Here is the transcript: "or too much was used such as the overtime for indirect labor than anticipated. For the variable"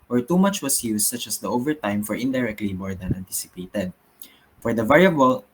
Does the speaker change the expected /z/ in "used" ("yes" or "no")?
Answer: yes